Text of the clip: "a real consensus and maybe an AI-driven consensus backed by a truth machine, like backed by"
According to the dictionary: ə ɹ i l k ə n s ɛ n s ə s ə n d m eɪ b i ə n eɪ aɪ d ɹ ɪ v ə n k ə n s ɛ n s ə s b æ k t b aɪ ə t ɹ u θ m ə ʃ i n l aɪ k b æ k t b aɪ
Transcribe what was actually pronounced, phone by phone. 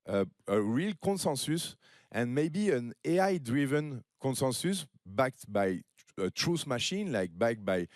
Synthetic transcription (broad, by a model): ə ɹ i l k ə n s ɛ n s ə s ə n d m eɪ b i ə n eɪ aɪ d ɹ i v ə n k ə n s ɛ n s ə s b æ k t b aɪ ə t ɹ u s m ə ʃ i n l aɪ k b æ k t b aɪ